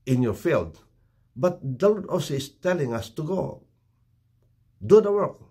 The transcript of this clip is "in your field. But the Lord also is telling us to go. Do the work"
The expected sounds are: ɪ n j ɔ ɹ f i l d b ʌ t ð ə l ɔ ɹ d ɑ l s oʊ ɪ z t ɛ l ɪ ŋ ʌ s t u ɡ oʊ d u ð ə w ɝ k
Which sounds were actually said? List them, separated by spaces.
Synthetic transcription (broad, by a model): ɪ n j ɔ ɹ f i l d b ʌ t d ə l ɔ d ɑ s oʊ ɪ s t ɛ l ɪ ŋ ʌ s t u ɡ oʊ d u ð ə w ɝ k